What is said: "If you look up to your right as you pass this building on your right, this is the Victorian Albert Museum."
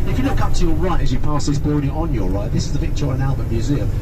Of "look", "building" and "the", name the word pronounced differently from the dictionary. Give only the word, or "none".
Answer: building